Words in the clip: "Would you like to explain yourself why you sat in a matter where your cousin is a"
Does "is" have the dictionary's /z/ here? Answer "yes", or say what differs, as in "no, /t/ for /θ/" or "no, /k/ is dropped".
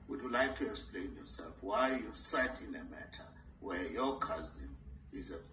yes